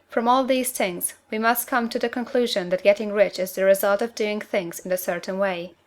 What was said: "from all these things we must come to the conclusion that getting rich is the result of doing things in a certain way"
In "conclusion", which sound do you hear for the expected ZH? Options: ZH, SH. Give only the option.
ZH